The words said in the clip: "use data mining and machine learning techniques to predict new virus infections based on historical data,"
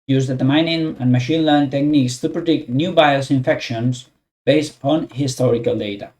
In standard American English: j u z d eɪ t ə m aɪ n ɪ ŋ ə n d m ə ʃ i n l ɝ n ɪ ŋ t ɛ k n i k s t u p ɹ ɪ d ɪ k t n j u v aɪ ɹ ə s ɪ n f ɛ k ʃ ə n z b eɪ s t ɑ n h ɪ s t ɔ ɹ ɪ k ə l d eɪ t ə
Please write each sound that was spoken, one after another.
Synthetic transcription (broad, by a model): j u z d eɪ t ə m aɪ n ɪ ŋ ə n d m ə ʃ i n l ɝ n t ɛ k n i k s t u p ɹ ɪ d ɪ k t n j u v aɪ ə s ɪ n f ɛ k ʃ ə n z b eɪ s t ɑ n h ɪ s t ɔ ɹ ɪ k ə l d eɪ t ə